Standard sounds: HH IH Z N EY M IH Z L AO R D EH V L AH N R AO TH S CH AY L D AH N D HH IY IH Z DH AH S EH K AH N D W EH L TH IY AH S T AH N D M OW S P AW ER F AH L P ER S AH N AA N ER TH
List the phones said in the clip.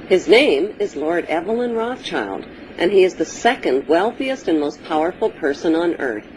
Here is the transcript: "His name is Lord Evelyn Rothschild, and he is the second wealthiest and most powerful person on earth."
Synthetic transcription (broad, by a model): HH IH Z N EY M IH Z L AO R D EH V L AH N R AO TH CH AY L D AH N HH IY IH Z DH AH S EH K AH N D W EH L TH IY AH S T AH N M OW S P AW ER F L P ER S AH N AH N ER TH